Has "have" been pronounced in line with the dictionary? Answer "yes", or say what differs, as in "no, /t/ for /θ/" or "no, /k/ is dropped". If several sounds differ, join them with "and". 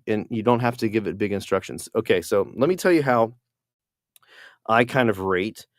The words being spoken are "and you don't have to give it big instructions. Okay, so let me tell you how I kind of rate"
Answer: no, /f/ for /v/